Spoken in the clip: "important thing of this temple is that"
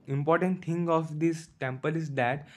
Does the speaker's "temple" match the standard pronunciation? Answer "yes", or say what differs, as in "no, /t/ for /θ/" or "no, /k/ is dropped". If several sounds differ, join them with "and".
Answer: yes